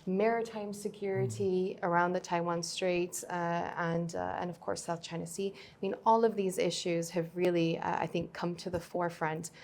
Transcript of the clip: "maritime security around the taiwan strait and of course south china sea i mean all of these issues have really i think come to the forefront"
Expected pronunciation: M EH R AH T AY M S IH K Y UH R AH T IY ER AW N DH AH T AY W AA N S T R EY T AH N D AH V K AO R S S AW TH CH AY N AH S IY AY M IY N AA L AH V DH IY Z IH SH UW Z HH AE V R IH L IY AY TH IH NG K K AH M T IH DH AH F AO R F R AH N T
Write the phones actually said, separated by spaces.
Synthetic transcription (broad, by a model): M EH R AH T AY M S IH K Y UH R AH T IY ER AW N DH AH T AY W AA N S T R EY T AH N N AH V K AO R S S AW TH CH AY N AH S IY AY M IY N AA L AH V DH IY Z IH SH UW Z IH V R IH L IY AY TH IH NG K K AH M T IH DH AH F AO R F R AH N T